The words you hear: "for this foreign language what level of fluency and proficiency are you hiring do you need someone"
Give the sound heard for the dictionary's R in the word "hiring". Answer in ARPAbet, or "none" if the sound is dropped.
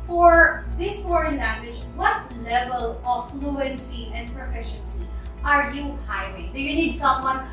W